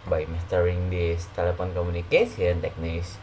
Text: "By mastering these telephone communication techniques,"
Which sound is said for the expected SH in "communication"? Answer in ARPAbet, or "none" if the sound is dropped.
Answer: S